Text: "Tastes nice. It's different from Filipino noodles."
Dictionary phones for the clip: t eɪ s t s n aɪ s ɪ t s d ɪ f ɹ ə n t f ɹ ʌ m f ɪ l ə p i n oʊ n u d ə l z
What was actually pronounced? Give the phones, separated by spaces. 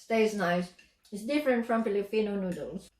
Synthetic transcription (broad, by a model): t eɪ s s n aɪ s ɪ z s d ɪ f ɹ ə n t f ɹ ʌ m p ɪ l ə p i n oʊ n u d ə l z